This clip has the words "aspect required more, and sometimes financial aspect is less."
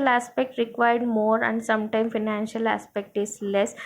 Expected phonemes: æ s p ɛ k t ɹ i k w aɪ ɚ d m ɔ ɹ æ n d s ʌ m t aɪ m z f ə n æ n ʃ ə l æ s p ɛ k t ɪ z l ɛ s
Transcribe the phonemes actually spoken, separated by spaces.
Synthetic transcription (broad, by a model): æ s p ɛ k t ɹ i k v aɪ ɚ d m ɔ ɹ æ n d s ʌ m t aɪ m f ə n æ n ʃ ə l æ s p ɛ k t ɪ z l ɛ s